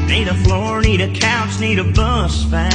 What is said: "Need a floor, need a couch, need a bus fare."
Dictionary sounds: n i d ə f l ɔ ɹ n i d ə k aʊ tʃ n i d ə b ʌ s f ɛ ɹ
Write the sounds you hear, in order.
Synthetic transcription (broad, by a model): n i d ə f l ɔ ɹ n i d ə k aʊ s n i d ə b ʌ s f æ